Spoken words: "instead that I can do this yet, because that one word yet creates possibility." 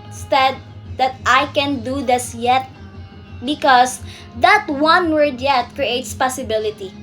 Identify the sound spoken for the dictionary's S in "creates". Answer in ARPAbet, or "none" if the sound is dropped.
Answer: S